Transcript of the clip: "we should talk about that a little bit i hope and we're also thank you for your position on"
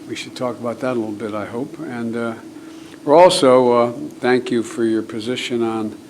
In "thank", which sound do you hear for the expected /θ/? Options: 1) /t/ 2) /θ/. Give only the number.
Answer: 2